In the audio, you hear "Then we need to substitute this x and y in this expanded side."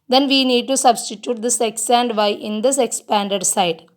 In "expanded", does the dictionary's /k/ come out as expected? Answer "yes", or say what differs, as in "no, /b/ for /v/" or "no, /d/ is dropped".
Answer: yes